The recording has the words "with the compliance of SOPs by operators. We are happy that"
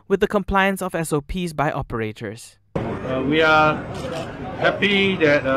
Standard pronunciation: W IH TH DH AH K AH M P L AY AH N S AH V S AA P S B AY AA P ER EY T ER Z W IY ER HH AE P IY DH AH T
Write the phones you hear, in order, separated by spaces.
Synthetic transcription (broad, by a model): W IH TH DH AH K AH M P L AY AH N S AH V S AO P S B AY AA P ER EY T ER S W IY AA HH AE P IY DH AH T